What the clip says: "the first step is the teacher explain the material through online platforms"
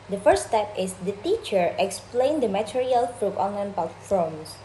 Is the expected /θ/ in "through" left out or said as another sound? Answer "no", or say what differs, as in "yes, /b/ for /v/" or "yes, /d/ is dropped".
yes, /f/ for /θ/